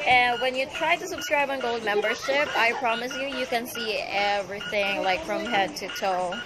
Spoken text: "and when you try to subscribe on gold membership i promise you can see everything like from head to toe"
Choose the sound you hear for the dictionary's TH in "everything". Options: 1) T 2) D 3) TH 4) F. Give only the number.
3